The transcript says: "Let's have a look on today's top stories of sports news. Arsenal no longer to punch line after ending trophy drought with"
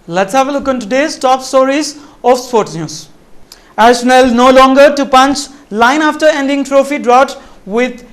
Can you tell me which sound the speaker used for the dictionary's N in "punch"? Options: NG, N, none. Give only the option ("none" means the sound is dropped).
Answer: N